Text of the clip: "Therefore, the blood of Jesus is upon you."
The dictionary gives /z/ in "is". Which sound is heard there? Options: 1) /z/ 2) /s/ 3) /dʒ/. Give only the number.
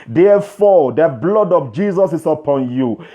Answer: 2